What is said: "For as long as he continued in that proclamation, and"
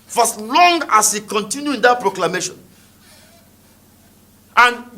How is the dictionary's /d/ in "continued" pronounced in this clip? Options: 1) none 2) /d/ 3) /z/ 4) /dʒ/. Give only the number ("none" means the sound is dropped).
1